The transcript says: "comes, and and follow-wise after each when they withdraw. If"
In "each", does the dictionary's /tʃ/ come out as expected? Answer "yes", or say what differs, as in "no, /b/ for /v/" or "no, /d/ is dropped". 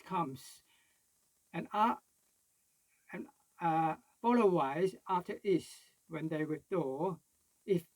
no, /s/ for /tʃ/